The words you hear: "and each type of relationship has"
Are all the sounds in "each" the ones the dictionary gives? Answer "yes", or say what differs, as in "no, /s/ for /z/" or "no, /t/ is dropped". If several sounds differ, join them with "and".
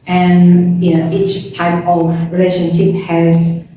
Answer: yes